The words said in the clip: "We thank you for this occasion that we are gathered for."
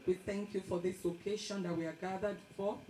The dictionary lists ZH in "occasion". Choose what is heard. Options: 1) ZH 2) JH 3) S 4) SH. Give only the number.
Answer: 4